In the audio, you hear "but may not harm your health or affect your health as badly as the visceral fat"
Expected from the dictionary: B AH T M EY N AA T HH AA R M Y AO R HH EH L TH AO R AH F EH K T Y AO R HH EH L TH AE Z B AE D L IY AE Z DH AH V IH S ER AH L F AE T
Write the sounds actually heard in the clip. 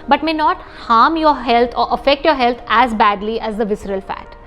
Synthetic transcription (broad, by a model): B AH T M EY N AA T HH AA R M Y AO R HH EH L T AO R AH F EH K T Y AO R HH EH L T AE Z B AE D L IY AE Z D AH V IH S ER AH L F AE T